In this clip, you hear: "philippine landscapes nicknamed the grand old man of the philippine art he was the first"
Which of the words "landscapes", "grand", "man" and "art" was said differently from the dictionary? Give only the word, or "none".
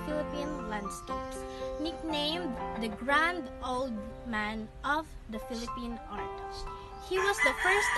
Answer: none